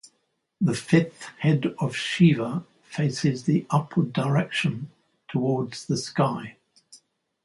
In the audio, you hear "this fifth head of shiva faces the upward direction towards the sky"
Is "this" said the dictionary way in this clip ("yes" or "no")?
no